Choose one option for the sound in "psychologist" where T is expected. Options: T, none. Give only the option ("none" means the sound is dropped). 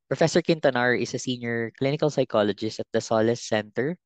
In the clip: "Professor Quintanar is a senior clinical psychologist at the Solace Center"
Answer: T